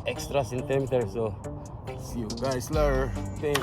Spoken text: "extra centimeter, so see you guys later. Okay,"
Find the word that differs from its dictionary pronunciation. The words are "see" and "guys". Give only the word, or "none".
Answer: guys